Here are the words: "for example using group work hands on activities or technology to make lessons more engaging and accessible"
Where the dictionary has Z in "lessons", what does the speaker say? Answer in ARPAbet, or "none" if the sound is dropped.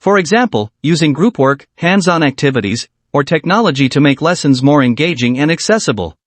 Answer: Z